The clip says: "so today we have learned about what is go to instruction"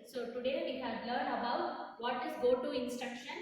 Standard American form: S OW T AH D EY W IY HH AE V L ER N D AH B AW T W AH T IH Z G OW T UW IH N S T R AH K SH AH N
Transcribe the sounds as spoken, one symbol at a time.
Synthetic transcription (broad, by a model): S OW T AH D EY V IY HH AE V L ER N AH B AW T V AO T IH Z G OW T UW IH N S T R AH K SH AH N